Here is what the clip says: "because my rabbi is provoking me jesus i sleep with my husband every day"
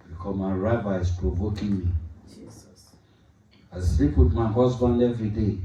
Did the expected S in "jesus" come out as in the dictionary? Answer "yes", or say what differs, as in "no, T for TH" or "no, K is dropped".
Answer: no, S is dropped